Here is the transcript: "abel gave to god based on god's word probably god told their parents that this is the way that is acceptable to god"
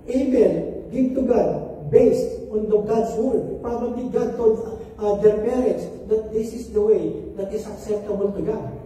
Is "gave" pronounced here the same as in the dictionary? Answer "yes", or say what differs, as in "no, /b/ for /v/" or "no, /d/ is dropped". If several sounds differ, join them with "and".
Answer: no, /b/ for /v/